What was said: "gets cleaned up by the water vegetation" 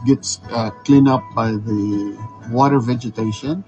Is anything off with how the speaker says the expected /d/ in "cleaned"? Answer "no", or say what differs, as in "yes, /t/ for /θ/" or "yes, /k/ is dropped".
yes, /d/ is dropped